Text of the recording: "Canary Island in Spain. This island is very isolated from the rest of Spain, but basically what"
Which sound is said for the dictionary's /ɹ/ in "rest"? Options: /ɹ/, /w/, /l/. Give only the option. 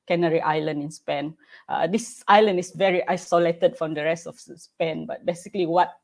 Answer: /ɹ/